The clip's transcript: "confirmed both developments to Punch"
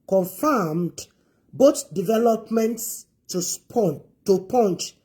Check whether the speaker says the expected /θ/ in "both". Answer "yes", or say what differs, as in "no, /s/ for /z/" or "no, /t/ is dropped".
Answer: no, /t/ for /θ/